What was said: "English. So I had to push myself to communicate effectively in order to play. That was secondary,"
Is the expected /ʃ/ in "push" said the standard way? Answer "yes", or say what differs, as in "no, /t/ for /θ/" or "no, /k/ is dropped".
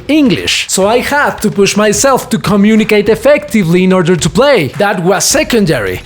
yes